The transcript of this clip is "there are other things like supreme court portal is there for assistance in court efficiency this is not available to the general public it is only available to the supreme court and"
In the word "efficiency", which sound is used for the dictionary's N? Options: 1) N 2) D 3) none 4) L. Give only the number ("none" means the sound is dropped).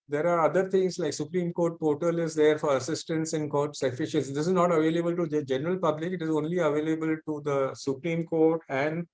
3